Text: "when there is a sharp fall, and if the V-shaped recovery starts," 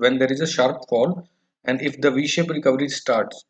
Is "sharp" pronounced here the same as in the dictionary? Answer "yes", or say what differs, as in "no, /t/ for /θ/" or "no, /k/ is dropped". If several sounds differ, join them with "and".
yes